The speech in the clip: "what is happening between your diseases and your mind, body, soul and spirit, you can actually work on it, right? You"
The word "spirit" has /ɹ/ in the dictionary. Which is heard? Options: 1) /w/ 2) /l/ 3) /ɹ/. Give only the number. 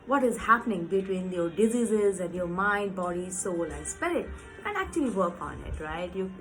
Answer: 2